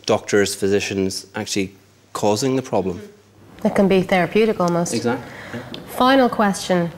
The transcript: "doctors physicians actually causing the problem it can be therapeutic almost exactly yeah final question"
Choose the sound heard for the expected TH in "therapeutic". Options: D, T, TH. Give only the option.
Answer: TH